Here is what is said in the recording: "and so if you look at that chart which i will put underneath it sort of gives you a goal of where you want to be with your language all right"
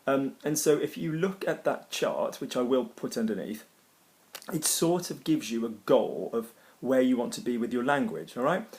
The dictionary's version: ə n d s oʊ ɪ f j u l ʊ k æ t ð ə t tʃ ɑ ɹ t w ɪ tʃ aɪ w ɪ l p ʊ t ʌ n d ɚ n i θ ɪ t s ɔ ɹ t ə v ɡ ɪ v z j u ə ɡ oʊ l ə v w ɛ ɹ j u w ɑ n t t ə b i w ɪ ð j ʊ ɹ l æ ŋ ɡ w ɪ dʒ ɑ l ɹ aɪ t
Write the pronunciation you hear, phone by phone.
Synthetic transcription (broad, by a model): ə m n s oʊ ɪ f j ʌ l ʊ k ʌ t ð ə t tʃ ɑ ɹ t w ɪ tʃ aɪ w ɪ l p ʊ t ʌ n d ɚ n i θ ɪ t s ɔ ɹ t ə v ɡ ɪ v z j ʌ ə ɡ oʊ l ə v w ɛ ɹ j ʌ w ɑ n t t ə b i w ɪ ð j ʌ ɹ l æ ŋ ɡ w ɪ dʒ ɑ l ɹ aɪ t